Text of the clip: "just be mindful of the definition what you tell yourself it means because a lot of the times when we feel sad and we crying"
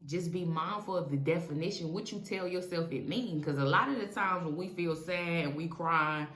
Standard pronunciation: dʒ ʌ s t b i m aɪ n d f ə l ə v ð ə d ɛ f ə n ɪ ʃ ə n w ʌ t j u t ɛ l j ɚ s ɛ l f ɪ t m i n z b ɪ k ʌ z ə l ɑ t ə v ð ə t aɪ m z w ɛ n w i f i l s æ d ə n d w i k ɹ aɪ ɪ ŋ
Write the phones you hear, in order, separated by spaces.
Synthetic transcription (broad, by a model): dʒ ʌ s b i m aɪ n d f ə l ə v ð ə d ɛ f ə n ɪ ʃ ə n w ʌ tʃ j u t ɛ l j ɚ s ɛ l f ɪ t m i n k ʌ z ə l ɑ t ə v ð ə t aɪ m z w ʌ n w i f i l s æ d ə n w i k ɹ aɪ ɪ